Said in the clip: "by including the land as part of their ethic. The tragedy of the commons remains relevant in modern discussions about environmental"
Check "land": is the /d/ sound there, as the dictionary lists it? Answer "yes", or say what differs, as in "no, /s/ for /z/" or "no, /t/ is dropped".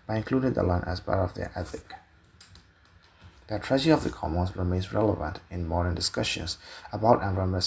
no, /d/ is dropped